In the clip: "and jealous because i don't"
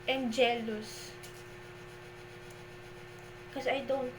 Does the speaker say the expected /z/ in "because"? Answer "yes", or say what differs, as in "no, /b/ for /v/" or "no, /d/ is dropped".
no, /z/ is dropped